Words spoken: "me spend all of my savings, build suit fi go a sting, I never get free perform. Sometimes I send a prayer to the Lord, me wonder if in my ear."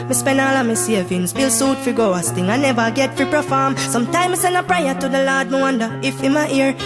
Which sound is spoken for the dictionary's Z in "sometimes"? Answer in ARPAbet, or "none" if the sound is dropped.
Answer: none